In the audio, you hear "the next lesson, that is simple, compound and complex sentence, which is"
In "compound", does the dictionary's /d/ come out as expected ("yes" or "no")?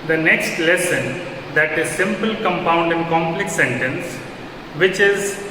yes